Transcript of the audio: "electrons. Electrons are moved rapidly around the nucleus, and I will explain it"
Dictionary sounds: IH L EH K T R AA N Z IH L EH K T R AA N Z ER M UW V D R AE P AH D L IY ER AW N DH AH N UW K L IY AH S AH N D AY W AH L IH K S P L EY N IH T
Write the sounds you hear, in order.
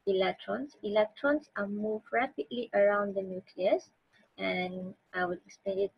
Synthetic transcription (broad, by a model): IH L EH K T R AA N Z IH L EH K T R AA N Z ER M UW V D R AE P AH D L IY ER AW N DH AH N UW K L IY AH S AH N AY W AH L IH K S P EY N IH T